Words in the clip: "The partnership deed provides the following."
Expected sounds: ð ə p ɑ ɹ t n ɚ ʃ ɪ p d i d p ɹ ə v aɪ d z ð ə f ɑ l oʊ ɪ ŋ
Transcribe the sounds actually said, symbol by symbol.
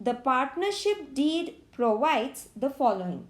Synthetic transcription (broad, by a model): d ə p ɑ ɹ t n ɚ ʃ ɪ p d i d p ɹ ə v aɪ d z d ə f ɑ l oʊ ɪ ŋ